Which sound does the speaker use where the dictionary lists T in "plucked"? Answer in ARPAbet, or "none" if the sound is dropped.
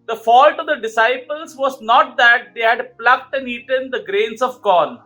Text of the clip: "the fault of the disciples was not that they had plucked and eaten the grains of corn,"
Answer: T